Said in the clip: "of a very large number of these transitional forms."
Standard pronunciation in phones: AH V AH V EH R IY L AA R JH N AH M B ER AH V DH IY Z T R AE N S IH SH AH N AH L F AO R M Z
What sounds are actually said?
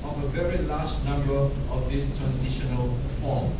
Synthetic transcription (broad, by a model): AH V AH V EH R IY L AA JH N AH M B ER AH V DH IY S T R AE N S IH SH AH N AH L F AO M